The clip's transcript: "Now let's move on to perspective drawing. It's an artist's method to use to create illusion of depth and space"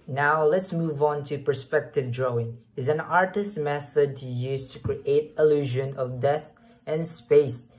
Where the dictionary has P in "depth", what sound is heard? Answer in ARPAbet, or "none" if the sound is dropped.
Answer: none